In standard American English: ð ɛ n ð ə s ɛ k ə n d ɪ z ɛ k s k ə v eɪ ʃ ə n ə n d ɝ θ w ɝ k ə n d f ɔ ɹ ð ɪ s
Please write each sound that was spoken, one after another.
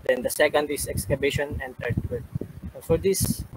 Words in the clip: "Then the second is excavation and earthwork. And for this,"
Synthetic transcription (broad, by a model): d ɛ n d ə s ɛ k ə n d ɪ s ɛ k s k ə b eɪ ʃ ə n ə n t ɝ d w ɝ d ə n f ɔ ɹ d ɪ s